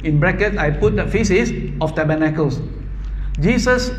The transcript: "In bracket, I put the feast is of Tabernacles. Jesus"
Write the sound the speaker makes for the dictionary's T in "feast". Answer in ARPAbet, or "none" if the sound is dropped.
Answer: none